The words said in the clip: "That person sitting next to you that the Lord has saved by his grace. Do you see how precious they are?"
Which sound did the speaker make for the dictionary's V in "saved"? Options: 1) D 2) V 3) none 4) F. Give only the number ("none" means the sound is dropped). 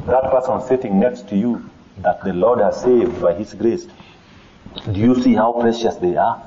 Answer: 2